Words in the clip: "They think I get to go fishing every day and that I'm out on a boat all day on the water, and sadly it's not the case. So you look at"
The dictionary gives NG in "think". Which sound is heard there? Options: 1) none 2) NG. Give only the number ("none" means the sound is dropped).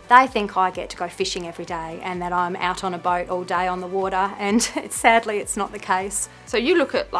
2